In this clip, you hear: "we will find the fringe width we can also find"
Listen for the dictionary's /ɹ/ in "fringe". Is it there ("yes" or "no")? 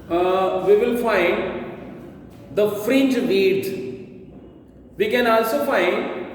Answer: yes